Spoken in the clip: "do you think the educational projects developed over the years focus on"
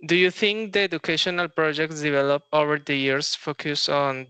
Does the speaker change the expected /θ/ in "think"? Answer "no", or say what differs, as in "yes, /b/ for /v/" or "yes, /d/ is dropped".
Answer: yes, /t/ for /θ/